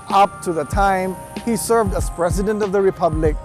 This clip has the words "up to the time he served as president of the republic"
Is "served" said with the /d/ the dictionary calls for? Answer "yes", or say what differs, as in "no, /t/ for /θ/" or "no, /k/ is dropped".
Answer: yes